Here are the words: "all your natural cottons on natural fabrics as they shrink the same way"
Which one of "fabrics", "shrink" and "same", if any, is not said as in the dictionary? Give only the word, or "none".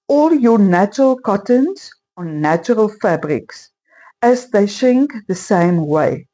shrink